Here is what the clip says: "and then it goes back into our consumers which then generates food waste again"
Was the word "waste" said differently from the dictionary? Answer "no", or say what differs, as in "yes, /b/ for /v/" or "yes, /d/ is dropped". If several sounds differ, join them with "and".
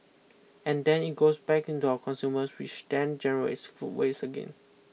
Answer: yes, /t/ is dropped